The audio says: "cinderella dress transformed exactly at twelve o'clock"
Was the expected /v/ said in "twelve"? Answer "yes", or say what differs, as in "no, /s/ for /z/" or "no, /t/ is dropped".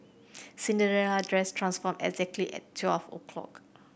no, /f/ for /v/